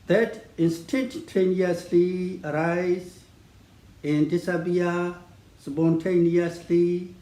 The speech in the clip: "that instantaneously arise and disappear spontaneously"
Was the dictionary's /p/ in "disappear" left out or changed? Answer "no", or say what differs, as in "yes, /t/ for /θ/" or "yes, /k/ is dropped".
yes, /b/ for /p/